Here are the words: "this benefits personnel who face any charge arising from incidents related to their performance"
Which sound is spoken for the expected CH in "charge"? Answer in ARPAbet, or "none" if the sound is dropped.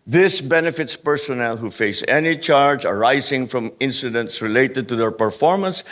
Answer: CH